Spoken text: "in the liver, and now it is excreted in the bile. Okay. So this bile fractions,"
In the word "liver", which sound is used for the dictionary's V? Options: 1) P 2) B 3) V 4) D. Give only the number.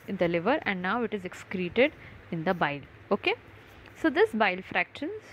3